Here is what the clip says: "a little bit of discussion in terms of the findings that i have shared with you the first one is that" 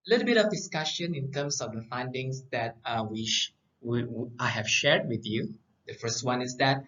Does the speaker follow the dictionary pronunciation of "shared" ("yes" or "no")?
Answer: yes